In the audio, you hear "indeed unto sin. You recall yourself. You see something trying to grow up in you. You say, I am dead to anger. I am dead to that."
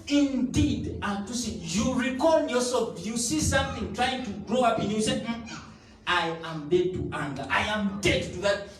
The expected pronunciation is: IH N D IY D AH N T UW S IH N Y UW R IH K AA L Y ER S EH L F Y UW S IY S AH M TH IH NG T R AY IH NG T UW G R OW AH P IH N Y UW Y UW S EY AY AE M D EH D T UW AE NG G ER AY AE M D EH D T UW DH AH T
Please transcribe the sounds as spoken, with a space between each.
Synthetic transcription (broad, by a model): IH N D IY D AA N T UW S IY Y UW R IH K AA N Y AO S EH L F Y UW S IY S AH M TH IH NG T R AY IH NG T UW G R OW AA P IH N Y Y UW S EY AY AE M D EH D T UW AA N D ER AY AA M D EH D T UW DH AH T